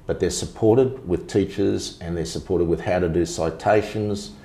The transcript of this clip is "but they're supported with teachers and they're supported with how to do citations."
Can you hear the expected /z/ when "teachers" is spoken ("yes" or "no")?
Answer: yes